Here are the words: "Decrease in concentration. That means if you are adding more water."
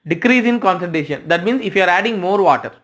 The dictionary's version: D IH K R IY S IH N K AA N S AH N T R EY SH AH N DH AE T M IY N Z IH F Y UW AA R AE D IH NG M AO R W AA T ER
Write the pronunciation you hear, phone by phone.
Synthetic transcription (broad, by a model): D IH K R IY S IH N K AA N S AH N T EY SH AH N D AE T M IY N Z IH F Y UW AA R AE D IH NG M AO R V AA T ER